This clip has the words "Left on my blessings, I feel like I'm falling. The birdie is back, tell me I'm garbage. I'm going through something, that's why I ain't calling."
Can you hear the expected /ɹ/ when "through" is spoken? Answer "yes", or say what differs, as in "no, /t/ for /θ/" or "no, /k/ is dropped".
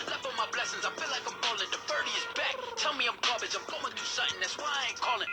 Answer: no, /ɹ/ is dropped